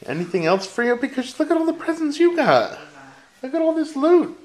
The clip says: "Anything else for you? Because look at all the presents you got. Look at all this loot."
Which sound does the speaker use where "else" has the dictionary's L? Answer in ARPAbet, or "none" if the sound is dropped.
L